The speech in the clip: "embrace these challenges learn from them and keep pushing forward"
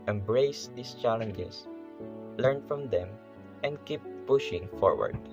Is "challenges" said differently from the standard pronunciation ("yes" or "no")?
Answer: yes